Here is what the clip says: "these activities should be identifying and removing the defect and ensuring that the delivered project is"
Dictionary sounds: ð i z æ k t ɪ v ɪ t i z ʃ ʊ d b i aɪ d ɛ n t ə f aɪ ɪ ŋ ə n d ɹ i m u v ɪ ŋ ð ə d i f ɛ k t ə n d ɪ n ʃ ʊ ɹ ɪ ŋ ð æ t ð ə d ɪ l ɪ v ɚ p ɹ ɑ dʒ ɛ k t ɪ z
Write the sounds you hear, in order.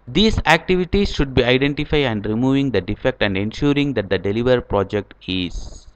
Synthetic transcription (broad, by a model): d i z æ k t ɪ v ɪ t i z ʃ ʊ d b i aɪ d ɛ n t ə f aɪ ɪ ə n d ɹ i m u v ɪ ŋ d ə d i f ɛ k t ə n d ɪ n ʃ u ɹ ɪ ŋ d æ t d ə d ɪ l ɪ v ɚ p ɹ ɑ dʒ ɛ k t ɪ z